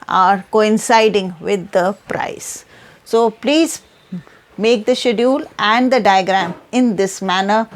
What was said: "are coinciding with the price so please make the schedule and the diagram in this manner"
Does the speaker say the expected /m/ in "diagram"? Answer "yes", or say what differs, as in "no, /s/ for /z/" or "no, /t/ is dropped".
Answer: yes